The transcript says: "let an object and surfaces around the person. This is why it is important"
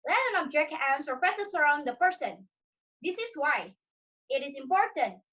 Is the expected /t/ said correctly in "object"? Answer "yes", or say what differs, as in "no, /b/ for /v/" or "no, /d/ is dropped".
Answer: no, /t/ is dropped